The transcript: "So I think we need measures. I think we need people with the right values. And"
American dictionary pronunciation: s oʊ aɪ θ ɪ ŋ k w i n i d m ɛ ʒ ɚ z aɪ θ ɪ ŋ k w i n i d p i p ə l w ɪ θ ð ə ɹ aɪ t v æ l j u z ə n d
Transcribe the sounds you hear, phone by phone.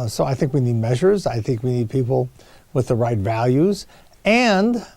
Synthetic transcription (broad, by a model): s oʊ aɪ θ ɪ ŋ k w i n i d m ɛ ʒ ɚ z aɪ θ ɪ ŋ k w i n i d p i p l w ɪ ð ə ɹ aɪ t v æ l j u z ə n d